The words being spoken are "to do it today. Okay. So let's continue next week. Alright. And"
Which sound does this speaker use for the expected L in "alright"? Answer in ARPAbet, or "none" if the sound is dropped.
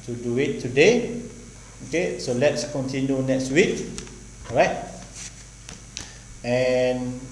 none